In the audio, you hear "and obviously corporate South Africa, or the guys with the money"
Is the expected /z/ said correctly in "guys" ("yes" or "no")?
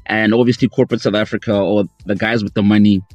yes